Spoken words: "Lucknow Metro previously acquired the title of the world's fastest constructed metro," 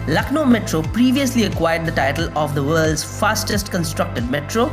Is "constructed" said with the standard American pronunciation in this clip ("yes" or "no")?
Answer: yes